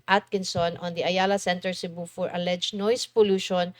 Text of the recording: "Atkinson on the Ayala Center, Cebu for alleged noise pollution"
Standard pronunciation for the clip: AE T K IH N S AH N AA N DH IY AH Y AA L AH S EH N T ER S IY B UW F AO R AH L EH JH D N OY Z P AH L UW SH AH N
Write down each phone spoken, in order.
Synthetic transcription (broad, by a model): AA T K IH N S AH N AA N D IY AH Y AA L AH S EH N T ER S IY B UW F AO R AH L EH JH N OY S P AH L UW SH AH N